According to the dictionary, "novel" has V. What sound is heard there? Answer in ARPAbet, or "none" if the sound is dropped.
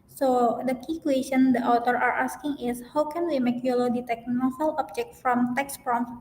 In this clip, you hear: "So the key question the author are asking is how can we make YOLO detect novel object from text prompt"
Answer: F